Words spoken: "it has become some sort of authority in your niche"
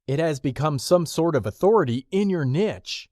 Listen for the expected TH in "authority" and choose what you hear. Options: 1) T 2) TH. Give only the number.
2